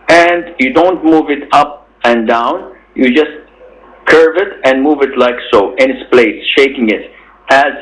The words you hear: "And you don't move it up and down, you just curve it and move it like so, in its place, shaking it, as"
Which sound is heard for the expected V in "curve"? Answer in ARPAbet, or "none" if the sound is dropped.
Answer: V